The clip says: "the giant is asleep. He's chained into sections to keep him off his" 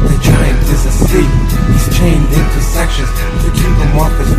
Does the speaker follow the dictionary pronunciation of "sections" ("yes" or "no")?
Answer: yes